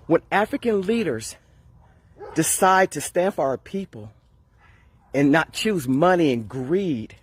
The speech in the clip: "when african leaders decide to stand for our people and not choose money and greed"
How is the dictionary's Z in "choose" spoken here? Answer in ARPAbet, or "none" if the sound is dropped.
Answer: Z